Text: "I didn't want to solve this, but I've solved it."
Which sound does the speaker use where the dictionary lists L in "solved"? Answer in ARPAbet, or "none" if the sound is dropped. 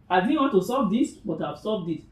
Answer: none